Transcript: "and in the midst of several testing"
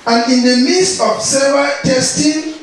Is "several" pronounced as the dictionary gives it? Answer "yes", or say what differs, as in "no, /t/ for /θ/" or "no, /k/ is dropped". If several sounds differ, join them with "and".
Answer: no, /ɹ/ is dropped